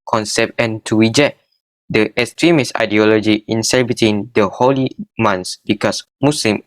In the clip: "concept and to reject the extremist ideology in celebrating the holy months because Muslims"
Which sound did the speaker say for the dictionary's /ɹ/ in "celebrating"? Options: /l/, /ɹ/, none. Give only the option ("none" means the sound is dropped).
none